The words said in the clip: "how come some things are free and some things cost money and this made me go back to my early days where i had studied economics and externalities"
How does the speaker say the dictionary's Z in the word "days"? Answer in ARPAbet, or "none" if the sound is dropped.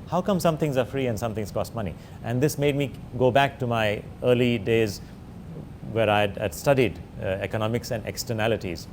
Z